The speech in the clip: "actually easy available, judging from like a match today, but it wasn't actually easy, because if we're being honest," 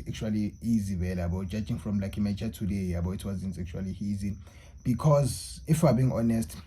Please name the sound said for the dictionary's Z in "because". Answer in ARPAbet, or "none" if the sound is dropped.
Z